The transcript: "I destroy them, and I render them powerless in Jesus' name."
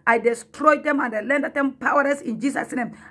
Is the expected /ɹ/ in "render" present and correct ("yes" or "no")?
no